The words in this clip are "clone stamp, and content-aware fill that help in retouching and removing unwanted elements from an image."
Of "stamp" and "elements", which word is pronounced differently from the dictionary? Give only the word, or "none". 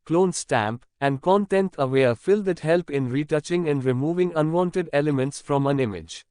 none